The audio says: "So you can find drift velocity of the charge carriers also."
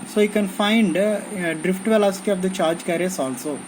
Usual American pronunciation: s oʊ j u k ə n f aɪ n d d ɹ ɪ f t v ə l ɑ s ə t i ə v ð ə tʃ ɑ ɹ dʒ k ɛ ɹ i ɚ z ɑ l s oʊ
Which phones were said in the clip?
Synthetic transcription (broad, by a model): s oʊ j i k ə n f aɪ n d d ɹ ɪ f t v ə l ɑ s ə t i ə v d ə tʃ ɑ ɹ dʒ k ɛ ɹ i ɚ s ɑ l s oʊ